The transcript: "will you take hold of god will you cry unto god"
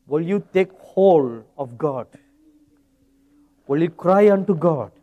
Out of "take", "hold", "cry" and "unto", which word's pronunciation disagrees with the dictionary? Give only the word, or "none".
none